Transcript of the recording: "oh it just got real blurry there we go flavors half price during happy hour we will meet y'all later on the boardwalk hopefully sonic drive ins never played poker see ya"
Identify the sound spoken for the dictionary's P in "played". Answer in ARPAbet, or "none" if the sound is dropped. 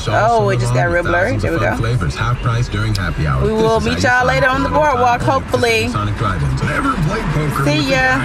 B